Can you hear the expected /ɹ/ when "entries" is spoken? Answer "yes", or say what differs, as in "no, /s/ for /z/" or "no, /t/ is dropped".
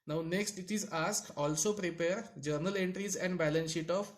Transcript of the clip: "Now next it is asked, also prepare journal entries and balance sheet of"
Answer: yes